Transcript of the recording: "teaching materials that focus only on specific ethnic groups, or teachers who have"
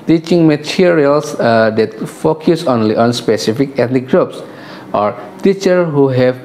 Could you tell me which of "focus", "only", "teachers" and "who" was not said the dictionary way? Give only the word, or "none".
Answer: teachers